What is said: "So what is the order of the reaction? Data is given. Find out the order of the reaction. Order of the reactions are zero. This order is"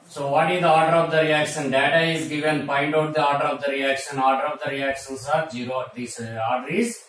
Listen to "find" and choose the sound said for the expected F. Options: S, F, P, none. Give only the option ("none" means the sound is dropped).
P